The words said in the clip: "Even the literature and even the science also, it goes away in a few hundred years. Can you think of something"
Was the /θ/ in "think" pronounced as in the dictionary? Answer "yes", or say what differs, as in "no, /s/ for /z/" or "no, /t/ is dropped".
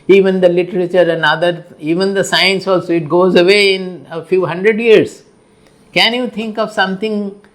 no, /t/ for /θ/